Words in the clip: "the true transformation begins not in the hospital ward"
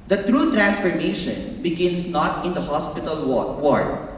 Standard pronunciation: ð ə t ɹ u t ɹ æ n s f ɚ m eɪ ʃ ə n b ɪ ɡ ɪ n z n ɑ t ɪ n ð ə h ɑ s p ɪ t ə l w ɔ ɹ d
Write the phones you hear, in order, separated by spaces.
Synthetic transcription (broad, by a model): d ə t ɹ u t ɹ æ n s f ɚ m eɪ ʃ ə n b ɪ ɡ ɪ n s n ɑ t ɪ n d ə h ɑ s p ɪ t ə l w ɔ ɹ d